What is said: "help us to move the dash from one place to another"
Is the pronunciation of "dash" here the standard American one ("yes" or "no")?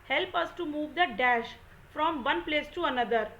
yes